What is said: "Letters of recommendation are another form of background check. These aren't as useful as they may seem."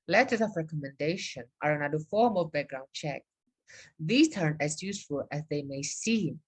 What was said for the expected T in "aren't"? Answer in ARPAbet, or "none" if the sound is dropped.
none